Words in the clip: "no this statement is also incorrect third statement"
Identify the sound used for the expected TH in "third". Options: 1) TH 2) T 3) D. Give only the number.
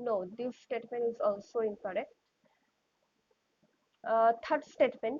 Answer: 2